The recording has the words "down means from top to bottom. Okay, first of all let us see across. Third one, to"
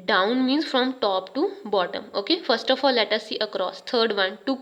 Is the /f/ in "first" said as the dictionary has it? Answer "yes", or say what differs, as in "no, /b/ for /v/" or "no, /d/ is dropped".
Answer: yes